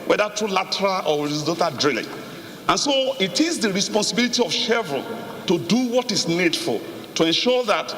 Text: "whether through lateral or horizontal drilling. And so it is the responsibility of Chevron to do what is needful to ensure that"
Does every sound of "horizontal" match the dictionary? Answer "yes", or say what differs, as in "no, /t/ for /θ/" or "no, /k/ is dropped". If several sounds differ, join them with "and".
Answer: no, /n/ is dropped